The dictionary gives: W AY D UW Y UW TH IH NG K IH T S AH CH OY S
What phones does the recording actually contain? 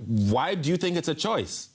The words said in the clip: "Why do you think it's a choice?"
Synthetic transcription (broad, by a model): W AY D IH Y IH TH IH NG K IH T S AH CH OY S